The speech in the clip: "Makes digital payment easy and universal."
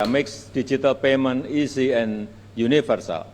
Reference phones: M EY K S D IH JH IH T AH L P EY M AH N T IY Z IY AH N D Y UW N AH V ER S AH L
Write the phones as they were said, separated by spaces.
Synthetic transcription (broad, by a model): M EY K S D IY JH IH T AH L P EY M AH N IY S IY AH N Y UW N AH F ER S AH L